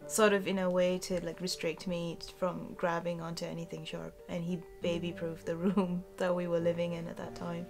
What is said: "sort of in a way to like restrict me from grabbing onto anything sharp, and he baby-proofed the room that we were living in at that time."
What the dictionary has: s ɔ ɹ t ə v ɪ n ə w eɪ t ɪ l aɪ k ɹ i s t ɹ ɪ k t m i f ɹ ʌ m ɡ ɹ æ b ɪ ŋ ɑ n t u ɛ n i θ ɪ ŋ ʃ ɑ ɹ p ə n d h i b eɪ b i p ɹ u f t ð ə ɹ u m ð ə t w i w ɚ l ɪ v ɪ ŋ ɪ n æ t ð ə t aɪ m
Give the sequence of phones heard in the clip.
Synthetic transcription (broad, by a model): s ɔ ɹ t ə v ɪ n ə w eɪ t ɪ l aɪ k ɹ i s t ɹ ɪ k t m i f ɹ ʌ m ɡ ɹ æ b ɪ ŋ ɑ n t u ɛ n i θ ɪ ŋ ʃ ɑ ɹ p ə n i b eɪ b i p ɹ u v ð ə ɹ u m ð ə t w i w ɚ l ɪ v ɪ ŋ ɪ n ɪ t ð ə t aɪ m